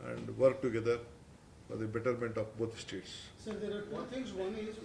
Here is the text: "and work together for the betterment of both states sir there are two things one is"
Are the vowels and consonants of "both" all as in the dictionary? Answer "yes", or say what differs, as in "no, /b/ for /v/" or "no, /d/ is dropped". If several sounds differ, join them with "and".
no, /t/ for /θ/